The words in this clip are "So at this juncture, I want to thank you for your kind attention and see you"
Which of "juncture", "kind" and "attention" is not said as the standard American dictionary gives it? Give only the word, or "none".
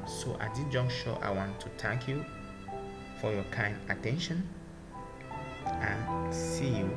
juncture